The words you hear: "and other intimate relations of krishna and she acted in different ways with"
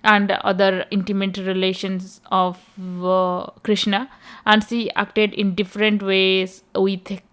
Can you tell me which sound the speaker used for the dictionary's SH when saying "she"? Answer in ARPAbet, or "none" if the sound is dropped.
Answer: S